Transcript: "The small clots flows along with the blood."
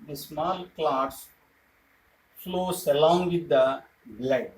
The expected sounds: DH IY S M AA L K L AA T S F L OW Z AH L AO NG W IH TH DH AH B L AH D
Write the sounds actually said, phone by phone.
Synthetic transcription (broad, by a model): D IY S M AA L K L AA T S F L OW S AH L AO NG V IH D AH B L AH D